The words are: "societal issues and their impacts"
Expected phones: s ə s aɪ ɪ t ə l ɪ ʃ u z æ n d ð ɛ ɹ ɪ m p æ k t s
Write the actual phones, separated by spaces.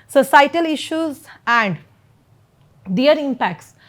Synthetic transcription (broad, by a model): s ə s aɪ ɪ t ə l ɪ ʃ u z æ n d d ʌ ɹ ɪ m p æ k t s